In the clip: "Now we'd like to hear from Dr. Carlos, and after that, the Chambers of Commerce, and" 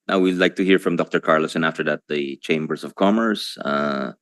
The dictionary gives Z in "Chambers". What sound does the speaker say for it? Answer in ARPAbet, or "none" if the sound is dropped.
S